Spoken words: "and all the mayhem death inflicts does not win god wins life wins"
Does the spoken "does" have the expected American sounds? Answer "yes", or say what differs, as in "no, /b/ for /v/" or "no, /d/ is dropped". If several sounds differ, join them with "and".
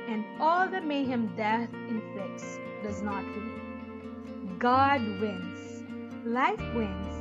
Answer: yes